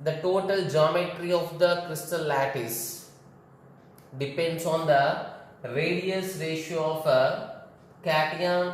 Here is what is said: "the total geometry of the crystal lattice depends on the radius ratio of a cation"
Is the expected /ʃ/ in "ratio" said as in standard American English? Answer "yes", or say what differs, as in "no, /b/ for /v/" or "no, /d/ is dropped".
yes